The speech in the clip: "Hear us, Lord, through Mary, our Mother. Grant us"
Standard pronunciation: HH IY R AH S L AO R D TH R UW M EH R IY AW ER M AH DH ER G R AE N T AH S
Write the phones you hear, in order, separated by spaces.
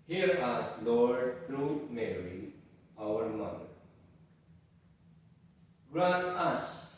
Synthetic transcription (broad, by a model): HH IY R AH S L AO R D T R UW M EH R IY AW ER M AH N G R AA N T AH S